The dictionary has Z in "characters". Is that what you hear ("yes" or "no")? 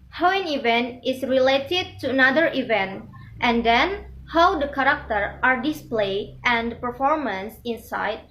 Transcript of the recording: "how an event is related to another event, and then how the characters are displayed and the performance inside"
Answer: no